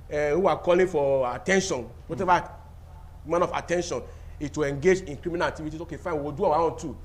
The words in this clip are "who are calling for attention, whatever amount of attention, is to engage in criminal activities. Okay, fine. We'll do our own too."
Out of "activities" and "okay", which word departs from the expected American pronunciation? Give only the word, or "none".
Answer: activities